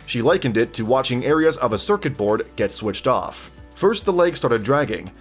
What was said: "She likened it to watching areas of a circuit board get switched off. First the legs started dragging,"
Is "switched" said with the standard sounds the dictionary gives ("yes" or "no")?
yes